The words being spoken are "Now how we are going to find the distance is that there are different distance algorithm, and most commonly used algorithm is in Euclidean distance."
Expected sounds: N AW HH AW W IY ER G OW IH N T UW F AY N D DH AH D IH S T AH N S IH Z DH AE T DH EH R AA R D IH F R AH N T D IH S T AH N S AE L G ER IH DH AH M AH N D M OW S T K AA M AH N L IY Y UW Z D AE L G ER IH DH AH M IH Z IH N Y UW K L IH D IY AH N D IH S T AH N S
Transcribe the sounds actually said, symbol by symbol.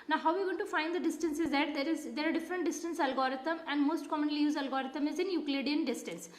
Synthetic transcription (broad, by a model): N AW HH AW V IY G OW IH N T UW F AY N D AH D IH S T AH N S IH Z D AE T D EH R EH R D IH F R AH N T D IH S T AH N S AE L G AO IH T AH M AH N D M OW S T K AA M AH N L IY Y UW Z AE L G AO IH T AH M IH Z IH N Y UW K L IH D IY AH N D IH S T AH N S